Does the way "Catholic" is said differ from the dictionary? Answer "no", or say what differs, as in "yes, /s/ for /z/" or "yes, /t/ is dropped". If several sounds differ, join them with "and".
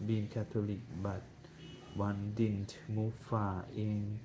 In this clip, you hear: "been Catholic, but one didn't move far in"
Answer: yes, /t/ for /θ/